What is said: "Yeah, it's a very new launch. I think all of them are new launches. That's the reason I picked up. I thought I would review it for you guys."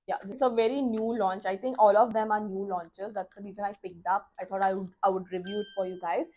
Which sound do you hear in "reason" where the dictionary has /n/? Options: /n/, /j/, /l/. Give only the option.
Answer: /l/